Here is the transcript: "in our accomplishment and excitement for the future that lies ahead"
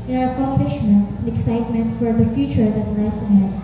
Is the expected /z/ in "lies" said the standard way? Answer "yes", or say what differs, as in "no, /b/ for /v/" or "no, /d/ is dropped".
no, /s/ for /z/